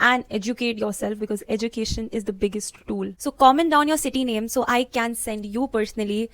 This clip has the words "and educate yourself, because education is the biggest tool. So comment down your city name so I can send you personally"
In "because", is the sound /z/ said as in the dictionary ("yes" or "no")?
yes